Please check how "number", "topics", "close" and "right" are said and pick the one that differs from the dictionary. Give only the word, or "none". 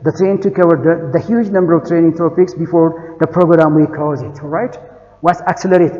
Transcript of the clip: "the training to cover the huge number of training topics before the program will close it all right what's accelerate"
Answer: close